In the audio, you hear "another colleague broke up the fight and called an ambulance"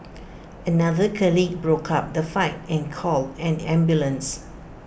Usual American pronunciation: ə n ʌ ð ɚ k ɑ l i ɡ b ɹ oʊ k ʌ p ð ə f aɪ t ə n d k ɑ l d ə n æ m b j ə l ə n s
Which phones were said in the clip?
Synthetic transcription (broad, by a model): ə n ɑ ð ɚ k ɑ l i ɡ b ɹ oʊ k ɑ p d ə f aɪ t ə n k ɑ l ə n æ m b j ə l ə n s